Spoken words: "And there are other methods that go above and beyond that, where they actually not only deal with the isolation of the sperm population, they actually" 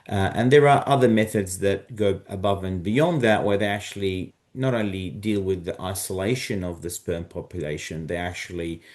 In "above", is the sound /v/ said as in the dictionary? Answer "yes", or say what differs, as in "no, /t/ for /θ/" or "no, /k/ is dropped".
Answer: yes